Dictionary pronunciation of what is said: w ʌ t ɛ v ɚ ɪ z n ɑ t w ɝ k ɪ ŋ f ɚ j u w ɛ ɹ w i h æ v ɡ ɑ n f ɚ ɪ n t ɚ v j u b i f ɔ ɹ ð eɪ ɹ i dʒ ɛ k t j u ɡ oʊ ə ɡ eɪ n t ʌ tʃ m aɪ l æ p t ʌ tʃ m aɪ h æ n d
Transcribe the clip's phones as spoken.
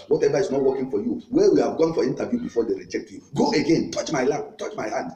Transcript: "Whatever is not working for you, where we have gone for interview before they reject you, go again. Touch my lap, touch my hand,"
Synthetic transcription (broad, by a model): w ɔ t ɛ v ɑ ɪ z n ɑ t w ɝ k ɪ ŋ f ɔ j u w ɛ w i h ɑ v ɡ ɑ n f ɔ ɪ n t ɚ v j u b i f ɔ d eɪ ɹ i dʒ ɛ k t j u ɡ oʊ ə ɡ eɪ n t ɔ tʃ m aɪ l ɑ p t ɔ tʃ m aɪ h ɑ n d